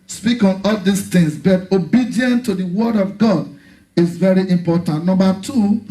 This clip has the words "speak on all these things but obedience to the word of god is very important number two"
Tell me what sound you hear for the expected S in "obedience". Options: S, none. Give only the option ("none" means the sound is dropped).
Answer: none